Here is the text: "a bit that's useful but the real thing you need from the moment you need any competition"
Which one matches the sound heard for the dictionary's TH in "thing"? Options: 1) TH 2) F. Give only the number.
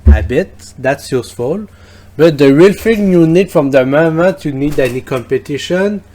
2